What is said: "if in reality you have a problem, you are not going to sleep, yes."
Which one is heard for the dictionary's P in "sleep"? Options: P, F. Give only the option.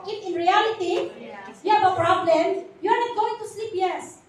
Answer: P